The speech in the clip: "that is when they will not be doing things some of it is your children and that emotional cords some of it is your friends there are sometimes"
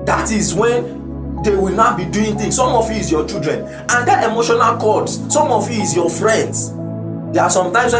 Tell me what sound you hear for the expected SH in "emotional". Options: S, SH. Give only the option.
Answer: SH